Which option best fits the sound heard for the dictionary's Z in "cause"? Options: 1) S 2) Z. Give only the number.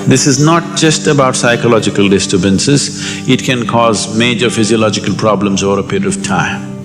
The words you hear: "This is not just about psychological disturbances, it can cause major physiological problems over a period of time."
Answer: 2